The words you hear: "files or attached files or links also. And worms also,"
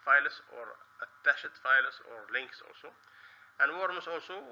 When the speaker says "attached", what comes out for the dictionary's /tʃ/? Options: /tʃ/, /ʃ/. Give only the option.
/ʃ/